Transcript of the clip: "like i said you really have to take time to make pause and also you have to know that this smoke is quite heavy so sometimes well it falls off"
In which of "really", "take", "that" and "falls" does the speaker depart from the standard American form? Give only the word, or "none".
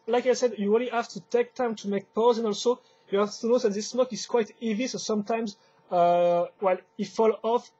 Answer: falls